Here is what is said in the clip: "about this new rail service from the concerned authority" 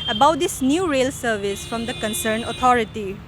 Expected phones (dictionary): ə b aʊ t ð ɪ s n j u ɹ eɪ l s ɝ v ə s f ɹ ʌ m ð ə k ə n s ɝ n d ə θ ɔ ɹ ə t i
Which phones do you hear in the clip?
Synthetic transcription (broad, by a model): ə b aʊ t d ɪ s n j u ɹ eɪ l s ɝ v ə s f ɹ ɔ m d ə k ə n s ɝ n ə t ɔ ɹ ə t i